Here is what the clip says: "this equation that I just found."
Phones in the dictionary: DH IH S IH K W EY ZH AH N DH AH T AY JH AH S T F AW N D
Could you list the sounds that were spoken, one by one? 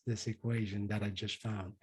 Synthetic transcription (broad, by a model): DH IH S IH K W EY ZH AH N DH AH T AY JH AH S T F AW N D